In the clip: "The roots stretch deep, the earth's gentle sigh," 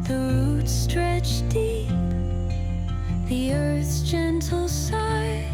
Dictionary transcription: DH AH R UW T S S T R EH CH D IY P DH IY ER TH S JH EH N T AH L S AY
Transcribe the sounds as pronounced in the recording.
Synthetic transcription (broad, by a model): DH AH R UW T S S T R EH CH D IY P DH IY ER TH S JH EH N T L S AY